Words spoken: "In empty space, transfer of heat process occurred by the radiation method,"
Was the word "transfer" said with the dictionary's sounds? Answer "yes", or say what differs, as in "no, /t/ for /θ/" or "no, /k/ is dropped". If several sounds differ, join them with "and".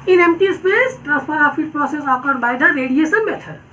no, /p/ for /f/